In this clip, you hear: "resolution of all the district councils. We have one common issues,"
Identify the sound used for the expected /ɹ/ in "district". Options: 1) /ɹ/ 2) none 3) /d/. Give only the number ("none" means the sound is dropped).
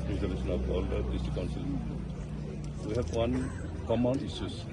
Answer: 2